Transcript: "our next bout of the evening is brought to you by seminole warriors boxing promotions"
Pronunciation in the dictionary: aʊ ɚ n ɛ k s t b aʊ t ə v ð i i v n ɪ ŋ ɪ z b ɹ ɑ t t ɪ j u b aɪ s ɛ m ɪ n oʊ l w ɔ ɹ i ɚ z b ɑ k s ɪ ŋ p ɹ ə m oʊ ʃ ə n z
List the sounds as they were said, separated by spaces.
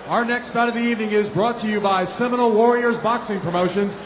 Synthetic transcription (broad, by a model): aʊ ɚ n ɛ k s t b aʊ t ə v ð i i v n ɪ ŋ ɪ z b ɹ ɑ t t ɪ j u b aɪ s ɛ m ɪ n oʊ l w ɔ ɹ i ɚ z b ɑ k s ɪ ŋ p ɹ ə m oʊ ʃ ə n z